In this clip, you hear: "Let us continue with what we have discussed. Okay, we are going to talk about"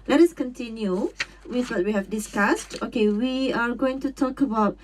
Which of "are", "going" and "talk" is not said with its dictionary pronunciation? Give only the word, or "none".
none